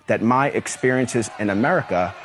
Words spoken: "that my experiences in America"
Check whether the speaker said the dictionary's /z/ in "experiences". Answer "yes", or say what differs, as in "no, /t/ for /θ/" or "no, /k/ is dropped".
yes